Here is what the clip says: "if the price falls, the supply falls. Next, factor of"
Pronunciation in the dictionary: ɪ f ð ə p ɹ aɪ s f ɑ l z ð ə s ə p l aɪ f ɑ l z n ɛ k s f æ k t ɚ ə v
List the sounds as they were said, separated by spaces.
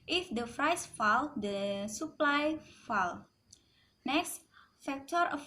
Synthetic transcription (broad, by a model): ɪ f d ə f ɹ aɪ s f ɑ l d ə s ə p l aɪ f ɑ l n ɛ k s f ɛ k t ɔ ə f